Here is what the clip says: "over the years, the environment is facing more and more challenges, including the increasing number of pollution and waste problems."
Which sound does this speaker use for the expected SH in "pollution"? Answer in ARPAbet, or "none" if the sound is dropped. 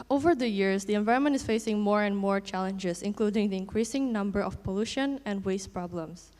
SH